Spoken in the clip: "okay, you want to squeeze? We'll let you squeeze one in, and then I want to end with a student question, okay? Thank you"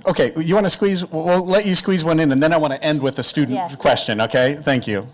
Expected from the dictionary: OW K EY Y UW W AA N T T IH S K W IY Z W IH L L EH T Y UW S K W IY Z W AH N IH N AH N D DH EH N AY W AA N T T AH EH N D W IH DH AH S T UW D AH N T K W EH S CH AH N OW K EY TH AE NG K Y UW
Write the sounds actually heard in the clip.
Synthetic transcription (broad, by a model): OW K EY Y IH W AA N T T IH S K W IY Z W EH L L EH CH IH S K W IY Z W AH N IH N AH N DH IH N AY W AA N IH T EH N D W IH DH AH S T UW D N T K W EH S CH AH N OW K EY TH AE NG K Y UW